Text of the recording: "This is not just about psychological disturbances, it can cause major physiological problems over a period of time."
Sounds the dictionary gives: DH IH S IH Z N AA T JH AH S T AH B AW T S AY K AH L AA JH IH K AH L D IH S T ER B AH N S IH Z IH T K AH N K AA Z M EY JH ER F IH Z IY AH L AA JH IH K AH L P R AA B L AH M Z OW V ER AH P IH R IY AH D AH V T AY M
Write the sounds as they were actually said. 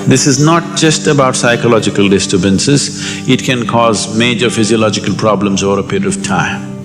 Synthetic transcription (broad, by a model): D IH S IH Z N AA T JH AH S T AH B AW T S AY K AH L AA JH IH K AH L D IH S T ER B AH N S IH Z IH T K AH N K AA Z M EY JH ER F IH Z IY AH L AA JH IH K AH L P R AA B L AH M Z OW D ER AH P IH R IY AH D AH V T AY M